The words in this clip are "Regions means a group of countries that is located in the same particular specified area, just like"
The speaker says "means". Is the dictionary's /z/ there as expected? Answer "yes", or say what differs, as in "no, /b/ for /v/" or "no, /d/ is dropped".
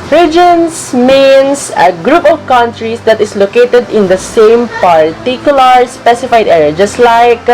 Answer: no, /s/ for /z/